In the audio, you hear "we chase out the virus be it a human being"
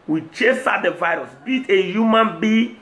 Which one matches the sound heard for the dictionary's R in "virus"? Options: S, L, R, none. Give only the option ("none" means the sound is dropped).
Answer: R